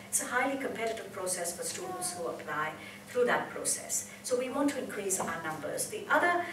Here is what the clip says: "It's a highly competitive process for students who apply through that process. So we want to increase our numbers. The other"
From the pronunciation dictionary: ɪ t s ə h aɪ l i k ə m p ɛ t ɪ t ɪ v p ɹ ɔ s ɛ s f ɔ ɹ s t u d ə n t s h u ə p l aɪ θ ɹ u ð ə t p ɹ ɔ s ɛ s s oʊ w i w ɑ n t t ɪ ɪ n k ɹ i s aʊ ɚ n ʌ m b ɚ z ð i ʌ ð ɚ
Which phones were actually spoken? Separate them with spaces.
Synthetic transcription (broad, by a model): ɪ t s ə h aɪ l i k ə m p ɛ t ɪ t ɪ v p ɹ ɔ s ɛ s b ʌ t s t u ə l s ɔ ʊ ə p l aɪ θ ɹ u ð ə t p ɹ ɔ s ɛ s s oʊ w i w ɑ n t t ɪ ɪ n k ɹ i s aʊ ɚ n ʌ m b ɚ z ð i ʌ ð ɚ